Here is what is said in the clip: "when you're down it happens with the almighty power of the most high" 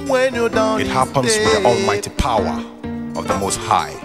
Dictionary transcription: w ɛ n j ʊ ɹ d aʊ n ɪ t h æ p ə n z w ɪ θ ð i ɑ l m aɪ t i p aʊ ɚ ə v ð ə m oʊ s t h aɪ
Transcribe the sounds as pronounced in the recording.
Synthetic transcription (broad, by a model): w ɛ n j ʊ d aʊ ɪ t h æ p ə n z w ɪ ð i ɑ l m aɪ t i p aʊ ɚ ə v ð ə m oʊ s t h aɪ